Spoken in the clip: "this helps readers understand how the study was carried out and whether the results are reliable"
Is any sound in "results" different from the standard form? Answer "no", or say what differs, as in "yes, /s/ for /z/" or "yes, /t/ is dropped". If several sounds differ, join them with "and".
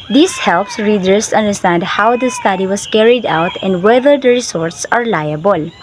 yes, /s/ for /z/